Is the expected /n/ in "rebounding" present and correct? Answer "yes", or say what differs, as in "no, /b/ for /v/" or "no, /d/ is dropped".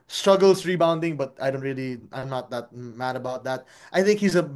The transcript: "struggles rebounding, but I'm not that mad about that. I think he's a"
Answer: yes